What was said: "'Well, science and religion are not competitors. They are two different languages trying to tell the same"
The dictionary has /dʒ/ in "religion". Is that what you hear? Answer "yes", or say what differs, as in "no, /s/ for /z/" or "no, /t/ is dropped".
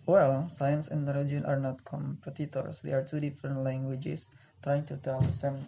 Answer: no, /dʒ/ is dropped